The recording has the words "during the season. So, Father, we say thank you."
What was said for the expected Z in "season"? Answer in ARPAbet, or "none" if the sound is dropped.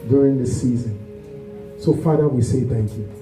Z